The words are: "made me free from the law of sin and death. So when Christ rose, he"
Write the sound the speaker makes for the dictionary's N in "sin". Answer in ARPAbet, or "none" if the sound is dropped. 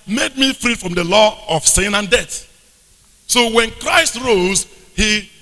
N